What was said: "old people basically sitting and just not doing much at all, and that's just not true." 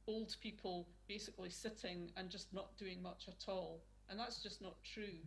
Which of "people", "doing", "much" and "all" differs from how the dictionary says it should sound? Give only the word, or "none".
none